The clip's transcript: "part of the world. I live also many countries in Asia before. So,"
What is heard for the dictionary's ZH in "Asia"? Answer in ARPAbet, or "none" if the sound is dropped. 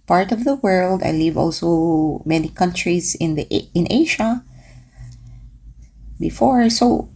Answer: SH